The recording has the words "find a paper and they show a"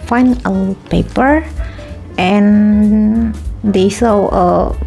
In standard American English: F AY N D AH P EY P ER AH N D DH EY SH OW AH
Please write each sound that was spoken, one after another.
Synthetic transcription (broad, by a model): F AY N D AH P EY P ER AH N D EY S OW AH